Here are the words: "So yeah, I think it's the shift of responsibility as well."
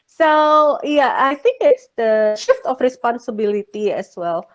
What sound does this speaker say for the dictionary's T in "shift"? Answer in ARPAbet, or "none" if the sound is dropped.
T